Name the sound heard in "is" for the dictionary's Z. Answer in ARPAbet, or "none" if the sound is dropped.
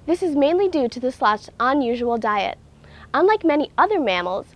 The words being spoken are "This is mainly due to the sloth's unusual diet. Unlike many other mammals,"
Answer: Z